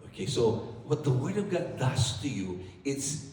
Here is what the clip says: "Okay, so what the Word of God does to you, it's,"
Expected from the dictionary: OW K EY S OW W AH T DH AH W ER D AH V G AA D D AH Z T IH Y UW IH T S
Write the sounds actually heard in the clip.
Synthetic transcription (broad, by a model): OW K EY S OW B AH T DH AH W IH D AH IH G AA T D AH S T IH Y UW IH T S